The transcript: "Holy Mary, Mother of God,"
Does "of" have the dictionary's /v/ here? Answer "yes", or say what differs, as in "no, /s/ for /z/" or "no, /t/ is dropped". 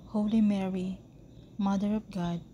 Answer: no, /p/ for /v/